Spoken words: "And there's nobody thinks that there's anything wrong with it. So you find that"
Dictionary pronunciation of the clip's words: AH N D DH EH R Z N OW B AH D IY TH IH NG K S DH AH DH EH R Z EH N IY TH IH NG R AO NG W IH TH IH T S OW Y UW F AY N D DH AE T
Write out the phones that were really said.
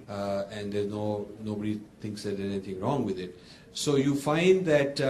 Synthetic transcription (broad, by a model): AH N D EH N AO N OW B AH D IY T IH NG K S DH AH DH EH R EH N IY T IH NG R AO NG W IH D IH T S OW Y UW F AY N D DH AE T